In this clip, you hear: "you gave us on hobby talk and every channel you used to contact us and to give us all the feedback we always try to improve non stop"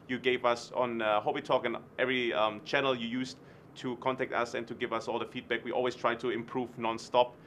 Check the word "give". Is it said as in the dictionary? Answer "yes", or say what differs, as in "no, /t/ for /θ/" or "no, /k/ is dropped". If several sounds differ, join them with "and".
yes